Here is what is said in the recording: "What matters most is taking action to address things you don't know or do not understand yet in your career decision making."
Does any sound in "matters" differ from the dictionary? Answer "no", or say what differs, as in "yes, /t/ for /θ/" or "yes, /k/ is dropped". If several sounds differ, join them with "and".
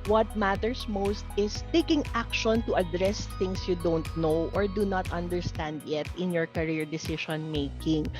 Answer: yes, /s/ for /z/